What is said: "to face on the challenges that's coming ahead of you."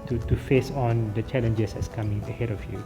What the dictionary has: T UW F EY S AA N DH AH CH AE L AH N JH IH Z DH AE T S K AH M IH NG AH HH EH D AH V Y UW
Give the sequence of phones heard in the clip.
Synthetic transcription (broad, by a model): T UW F EY S AA N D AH CH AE L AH N JH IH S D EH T S K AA M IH NG AH HH EH D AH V Y UW